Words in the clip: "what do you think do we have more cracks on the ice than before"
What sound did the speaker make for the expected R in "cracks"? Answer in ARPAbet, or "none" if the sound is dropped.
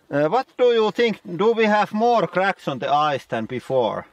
R